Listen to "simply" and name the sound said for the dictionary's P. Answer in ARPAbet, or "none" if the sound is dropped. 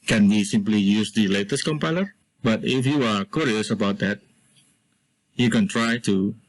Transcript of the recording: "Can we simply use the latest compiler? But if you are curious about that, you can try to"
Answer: P